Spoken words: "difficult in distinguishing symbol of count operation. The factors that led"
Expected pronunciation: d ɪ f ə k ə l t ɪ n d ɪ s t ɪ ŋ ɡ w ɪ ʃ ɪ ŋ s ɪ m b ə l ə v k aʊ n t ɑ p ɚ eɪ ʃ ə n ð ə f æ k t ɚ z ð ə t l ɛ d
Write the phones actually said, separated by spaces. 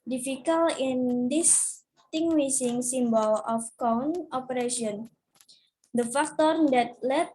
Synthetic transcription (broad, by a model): d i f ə k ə l ɪ n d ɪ s t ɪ ŋ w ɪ s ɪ ŋ s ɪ m b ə l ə f k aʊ n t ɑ p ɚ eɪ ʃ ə n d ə f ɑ k t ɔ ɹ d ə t l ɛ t